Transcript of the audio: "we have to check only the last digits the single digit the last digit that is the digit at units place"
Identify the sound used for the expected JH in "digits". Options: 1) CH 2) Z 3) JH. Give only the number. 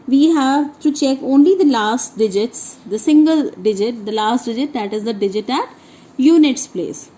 3